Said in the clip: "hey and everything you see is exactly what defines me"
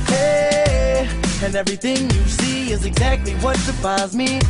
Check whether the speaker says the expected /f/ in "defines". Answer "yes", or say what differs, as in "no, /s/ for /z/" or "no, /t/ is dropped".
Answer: no, /p/ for /f/